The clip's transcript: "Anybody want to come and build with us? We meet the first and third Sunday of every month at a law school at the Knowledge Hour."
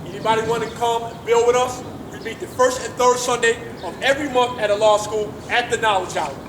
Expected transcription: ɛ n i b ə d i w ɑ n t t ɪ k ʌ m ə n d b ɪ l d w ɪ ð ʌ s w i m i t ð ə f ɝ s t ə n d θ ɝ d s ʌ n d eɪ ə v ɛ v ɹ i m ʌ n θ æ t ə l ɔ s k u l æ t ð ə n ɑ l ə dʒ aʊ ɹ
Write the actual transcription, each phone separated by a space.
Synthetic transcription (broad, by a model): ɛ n i b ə d i w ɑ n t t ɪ k ʌ m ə n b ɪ l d w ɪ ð ʌ s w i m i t ð ə f ɝ s t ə n θ ɝ d s ʌ n d eɪ ə v ɛ v ɹ i m ʌ n θ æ t ə l ɔ s k u l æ t ð ə n ɑ l ə dʒ aʊ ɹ